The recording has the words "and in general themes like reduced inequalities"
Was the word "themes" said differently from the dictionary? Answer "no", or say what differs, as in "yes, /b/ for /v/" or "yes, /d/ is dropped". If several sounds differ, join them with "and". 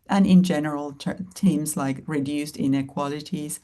yes, /t/ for /θ/